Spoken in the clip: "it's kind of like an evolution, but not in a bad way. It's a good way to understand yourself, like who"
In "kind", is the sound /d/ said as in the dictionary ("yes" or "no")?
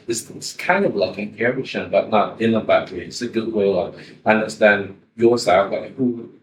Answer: yes